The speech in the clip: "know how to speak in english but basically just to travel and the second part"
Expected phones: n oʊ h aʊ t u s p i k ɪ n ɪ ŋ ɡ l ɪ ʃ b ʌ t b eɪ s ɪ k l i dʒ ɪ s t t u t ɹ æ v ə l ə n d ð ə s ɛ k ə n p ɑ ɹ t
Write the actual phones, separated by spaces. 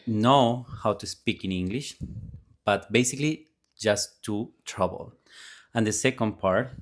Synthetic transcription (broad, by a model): n oʊ h aʊ t u s p i k ɪ n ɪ ŋ ɡ l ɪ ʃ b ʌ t b eɪ s ɪ k l i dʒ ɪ s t t u t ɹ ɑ b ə l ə n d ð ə s ɛ k ə n p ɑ ɹ t